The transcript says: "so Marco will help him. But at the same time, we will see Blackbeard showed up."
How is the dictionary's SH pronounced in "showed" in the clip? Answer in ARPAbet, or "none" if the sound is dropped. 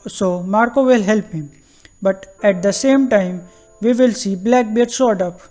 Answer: S